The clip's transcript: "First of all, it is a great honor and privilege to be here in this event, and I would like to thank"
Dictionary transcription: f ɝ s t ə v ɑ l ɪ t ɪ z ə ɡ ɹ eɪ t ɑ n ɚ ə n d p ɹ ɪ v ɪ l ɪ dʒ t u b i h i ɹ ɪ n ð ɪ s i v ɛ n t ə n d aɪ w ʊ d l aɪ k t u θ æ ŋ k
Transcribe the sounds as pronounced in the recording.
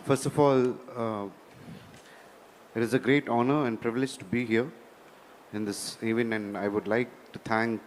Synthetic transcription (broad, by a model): f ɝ s t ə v ɑ l ɪ t ɪ z ə ɡ ɹ eɪ t ɑ n ɚ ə n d p ɹ ɪ v ɪ l ɪ dʒ t u b i h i ɹ ɪ n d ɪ s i v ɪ n ə n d aɪ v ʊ d l aɪ k t u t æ ŋ k